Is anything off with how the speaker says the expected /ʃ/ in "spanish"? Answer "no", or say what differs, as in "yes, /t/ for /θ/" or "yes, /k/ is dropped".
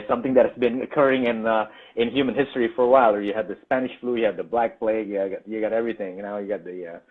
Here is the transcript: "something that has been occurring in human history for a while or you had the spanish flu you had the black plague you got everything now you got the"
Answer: no